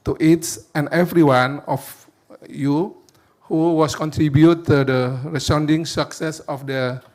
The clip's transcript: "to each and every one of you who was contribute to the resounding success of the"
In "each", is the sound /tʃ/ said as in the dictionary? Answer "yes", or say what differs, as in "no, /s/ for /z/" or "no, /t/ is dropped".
no, /s/ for /tʃ/